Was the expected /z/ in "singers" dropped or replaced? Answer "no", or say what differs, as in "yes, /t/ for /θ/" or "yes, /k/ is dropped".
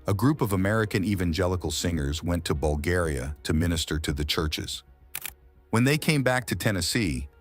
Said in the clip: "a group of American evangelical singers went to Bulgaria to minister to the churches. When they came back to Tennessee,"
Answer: no